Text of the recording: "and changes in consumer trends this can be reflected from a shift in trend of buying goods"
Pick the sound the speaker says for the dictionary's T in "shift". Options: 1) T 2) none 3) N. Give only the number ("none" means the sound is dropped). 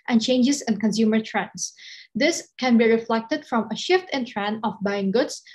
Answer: 1